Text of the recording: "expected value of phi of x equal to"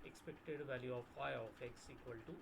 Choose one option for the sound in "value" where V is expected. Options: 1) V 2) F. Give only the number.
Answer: 1